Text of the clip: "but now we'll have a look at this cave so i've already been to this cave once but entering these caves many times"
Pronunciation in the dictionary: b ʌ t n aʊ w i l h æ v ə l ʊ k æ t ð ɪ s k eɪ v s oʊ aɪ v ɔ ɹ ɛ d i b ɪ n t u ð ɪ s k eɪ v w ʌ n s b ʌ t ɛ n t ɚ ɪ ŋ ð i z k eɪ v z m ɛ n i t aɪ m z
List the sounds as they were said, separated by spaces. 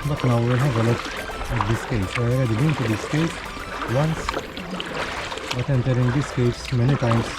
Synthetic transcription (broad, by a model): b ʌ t n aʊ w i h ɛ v ə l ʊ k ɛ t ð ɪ s k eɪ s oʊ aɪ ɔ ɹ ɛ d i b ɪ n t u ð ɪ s k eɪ p w ʌ n s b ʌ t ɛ n t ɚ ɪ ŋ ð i s k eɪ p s m ɛ n i t aɪ m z